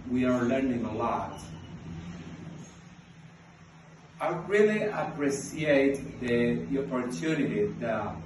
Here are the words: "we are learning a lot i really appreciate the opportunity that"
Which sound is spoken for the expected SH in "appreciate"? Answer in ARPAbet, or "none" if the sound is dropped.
S